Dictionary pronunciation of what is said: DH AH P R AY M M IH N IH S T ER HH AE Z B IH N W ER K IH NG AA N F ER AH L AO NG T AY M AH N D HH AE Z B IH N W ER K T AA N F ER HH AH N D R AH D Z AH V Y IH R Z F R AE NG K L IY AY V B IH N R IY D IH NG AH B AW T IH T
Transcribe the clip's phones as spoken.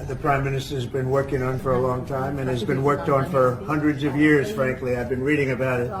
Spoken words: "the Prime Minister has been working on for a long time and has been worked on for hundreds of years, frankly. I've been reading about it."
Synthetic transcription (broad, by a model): DH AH P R AY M M IH N IH S T ER Z B IH N W ER K IH NG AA N F ER AH L AO NG T AY M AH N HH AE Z B IH N W ER K T N F ER HH AH N D R AH D Z AH V Y IH R Z F R AE NG K L IY AY V B IH N R IY D IH NG AH B AW T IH T